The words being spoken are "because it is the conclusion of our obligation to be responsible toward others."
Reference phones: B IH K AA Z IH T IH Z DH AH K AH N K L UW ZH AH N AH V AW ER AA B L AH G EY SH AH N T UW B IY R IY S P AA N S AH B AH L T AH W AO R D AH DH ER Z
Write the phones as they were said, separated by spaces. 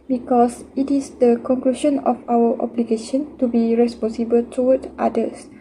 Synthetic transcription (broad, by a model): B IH K AA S IH T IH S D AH K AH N K L UW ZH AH N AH F AW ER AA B L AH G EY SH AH N T UW B IY R IY S P AA N S AH B AH L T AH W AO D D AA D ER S